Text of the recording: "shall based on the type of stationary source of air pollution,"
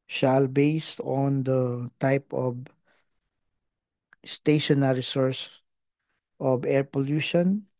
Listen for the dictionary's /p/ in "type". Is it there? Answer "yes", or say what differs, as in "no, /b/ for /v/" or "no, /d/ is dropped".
yes